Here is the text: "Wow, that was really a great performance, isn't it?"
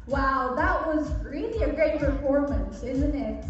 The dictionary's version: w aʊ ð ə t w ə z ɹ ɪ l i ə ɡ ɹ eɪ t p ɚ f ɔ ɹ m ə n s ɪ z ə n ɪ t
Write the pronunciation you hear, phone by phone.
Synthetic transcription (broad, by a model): w aʊ ð ə t w ə z ɹ ɪ l i ə ɡ ɹ eɪ t p ɚ f ɔ ɹ m ə n s ɪ z ə n ɪ t